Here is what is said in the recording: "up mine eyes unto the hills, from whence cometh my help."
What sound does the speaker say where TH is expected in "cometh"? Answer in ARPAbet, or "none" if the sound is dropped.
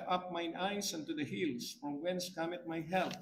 T